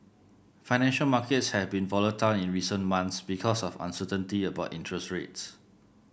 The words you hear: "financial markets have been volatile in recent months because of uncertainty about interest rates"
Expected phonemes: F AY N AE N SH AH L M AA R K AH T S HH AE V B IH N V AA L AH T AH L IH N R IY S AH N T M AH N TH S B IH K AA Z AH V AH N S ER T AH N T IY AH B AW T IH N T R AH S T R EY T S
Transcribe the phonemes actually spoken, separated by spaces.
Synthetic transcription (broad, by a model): F AY N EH N SH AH L M AA K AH T S HH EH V B IH N V AA L AH T AH L IH N R IY S AH N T M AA N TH S B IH K AA S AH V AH N S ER T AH N T IY AH B AW T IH N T R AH S T R EY T S